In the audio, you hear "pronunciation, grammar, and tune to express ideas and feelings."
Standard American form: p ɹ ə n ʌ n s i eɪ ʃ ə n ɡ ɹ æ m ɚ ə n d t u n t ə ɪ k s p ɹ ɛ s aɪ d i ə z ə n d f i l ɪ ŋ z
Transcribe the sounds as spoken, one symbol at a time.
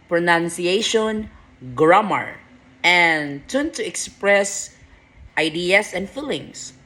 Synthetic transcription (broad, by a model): p ɹ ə n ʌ n s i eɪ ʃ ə n ɡ ɹ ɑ m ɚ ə n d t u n t ə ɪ k s p ɹ ɛ s aɪ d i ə s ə n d f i l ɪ ŋ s